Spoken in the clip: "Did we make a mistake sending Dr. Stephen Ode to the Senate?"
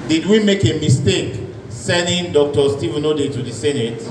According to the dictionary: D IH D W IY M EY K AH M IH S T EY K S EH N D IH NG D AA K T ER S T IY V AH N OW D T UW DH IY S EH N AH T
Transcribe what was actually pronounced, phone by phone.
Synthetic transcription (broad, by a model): D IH D W IY M EY K AH M IH S T EY K S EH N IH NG D AA K T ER S T IY V AH N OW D T UW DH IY S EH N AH T